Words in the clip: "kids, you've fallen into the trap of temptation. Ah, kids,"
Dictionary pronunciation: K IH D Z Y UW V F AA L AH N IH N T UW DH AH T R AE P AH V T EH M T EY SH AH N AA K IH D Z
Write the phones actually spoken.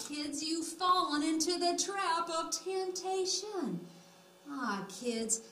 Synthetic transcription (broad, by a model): K IH D Z Y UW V F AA L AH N IH N T UW DH AH T R AE P AH V T EH M T EY SH AH N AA K IH D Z